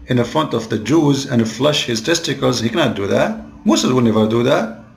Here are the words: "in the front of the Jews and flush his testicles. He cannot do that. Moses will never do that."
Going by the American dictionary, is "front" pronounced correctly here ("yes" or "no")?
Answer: yes